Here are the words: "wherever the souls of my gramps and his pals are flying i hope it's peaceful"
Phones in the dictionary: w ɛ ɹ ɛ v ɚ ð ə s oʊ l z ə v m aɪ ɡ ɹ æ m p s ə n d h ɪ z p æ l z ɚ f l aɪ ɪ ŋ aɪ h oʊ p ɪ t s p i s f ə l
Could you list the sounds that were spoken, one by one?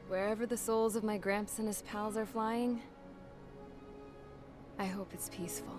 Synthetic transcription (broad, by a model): w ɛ ɹ ɛ v ɚ ð ə s oʊ l z ə v m aɪ ɡ ɹ æ m p s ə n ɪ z p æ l z ɚ f l aɪ ɪ ŋ aɪ h oʊ p ɪ t s p i s f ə l